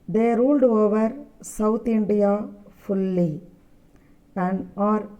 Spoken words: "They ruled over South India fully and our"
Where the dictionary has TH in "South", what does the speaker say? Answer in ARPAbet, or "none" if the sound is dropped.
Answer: T